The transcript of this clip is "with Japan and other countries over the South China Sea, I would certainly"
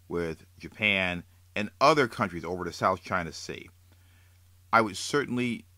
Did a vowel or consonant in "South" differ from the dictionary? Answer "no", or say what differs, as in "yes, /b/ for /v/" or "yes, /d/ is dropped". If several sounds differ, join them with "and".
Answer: no